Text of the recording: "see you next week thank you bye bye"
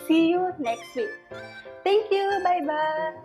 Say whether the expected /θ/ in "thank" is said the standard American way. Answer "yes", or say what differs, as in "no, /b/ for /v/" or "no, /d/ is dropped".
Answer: no, /t/ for /θ/